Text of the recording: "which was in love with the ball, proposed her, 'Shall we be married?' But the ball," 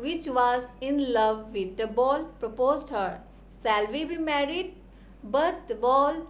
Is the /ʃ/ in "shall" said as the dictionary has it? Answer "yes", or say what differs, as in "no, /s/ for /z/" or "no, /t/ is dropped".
no, /s/ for /ʃ/